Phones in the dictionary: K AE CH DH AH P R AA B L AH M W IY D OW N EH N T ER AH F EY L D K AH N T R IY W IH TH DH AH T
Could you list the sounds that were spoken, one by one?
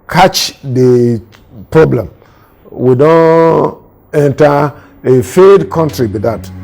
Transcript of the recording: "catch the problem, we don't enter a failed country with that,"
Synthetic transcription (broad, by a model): K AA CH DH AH P R AA B L AH M W IY D OW N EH N T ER AH F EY D K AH N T R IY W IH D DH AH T